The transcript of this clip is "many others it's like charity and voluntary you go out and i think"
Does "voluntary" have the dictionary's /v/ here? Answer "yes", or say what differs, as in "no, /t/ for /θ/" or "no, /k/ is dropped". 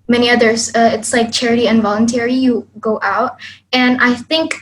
yes